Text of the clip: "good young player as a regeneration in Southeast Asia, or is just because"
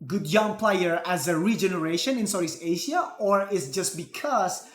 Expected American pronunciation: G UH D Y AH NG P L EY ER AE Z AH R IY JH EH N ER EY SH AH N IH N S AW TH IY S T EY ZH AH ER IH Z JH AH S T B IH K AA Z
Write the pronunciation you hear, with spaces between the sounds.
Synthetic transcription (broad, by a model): G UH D Y AH NG P L EY ER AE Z AH R IY JH EH N ER EY SH AH N IH N S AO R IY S EY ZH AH ER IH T JH AH S T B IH K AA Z